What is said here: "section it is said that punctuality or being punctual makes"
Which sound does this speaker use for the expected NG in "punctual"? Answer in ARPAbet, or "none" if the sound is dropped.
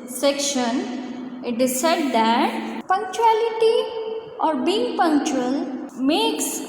NG